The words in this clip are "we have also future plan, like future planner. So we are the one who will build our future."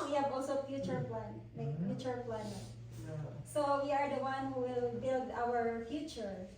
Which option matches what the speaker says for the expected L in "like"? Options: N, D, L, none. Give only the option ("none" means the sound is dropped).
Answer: N